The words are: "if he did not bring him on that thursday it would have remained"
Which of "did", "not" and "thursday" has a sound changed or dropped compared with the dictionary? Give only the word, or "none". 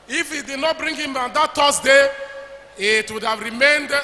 thursday